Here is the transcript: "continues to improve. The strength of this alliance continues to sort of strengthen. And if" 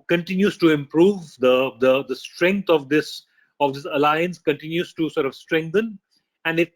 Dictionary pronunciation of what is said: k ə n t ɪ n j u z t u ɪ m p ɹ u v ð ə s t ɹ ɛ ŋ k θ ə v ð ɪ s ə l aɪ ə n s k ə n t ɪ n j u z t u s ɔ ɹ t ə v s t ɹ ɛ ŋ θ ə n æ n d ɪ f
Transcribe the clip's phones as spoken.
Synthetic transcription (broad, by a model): k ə n t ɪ n j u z t u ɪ m p ɹ u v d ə s t ɹ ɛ ŋ k s ə v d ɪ s ə l aɪ ə n s k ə n t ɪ n j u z t u s ɔ ɹ t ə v s t ɹ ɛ ŋ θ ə n æ n d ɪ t